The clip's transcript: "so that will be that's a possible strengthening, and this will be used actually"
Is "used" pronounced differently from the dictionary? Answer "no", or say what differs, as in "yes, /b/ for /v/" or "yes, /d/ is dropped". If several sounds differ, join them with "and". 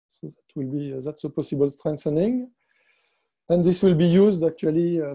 no